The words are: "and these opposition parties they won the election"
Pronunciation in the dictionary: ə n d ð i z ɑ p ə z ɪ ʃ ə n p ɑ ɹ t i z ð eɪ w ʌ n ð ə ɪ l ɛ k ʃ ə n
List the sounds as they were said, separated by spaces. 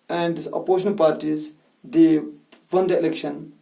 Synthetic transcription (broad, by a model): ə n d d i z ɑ p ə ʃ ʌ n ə l p ɑ ɹ t i z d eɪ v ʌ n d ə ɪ l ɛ k ʃ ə n